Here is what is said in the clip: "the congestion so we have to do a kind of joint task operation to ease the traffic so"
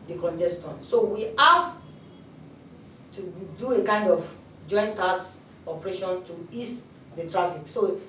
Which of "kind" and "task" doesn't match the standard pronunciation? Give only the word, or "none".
task